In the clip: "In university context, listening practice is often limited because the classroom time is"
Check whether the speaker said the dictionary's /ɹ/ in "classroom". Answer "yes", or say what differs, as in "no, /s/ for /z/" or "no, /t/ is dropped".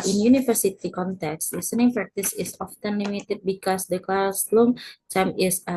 no, /l/ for /ɹ/